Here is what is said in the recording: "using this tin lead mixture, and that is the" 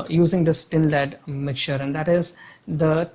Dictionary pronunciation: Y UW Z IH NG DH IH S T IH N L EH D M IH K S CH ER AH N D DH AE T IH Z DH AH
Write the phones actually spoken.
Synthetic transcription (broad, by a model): Y UW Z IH NG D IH S T IH N L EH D M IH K CH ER AH N D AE T IH Z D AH